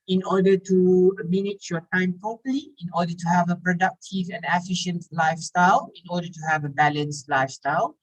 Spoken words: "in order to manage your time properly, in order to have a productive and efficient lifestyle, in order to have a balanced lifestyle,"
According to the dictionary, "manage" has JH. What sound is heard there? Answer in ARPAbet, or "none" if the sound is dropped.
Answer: CH